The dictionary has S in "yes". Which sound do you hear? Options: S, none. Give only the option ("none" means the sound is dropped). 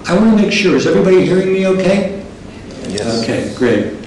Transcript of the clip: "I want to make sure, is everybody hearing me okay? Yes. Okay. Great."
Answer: none